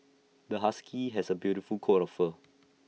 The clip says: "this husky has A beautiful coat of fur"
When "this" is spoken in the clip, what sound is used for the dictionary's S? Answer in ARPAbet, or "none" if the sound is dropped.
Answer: none